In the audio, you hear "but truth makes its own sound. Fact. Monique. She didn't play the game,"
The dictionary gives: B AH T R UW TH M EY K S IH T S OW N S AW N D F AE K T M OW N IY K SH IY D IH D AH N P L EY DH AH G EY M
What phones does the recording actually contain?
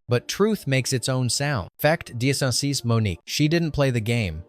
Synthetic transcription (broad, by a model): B AH T R UW TH M EY K S IH T S OW N S AW N D F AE K T M OW N IY K SH IY D IH D N P L EY DH AH G EY M